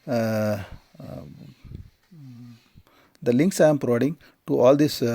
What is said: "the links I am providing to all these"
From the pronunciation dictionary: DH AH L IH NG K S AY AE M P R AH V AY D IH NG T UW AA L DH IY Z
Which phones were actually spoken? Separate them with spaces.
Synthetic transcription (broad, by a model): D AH L IH NG K S AY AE M P R AH V AY D IH NG T UW AA L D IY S